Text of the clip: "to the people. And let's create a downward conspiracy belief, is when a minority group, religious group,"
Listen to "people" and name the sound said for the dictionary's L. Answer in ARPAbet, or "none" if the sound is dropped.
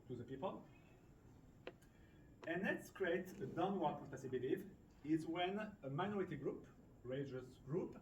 L